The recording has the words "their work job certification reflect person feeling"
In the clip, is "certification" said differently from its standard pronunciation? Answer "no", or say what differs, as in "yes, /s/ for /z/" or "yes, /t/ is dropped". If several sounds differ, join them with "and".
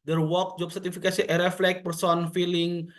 yes, /s/ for /ʃ/